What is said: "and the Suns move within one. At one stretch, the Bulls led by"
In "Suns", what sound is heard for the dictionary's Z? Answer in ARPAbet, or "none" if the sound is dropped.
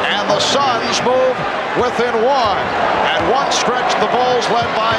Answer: Z